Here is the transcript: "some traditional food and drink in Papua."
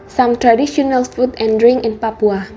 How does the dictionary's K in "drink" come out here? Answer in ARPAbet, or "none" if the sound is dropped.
none